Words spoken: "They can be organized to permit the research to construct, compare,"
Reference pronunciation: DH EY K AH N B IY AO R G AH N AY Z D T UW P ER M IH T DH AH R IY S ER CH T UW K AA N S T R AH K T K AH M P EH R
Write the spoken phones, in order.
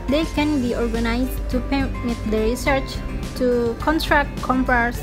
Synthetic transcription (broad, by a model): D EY K AH N B IY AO R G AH N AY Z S T UW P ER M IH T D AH R IY S ER CH T UW K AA N T R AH K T K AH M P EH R